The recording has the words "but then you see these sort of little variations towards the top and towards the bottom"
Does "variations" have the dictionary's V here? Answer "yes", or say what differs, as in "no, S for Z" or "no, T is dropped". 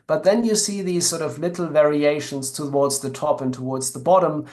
yes